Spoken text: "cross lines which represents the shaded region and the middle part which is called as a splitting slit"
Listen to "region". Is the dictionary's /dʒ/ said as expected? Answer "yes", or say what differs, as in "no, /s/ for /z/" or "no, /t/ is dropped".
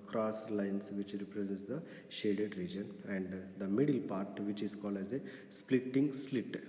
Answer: yes